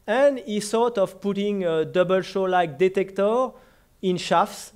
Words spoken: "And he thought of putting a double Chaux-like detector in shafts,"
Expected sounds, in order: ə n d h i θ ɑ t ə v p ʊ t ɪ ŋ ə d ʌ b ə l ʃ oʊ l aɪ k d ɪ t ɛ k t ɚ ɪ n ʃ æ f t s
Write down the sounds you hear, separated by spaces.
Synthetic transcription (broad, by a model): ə n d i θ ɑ t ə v p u t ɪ ŋ ə d ʌ b ə l ʃ oʊ l aɪ k d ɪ t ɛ k t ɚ ɪ n ʃ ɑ f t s